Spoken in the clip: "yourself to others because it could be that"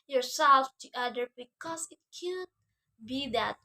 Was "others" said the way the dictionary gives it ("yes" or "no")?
no